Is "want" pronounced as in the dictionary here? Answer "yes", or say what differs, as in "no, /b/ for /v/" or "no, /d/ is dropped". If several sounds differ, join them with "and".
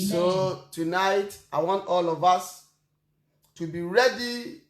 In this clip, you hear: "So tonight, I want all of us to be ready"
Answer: yes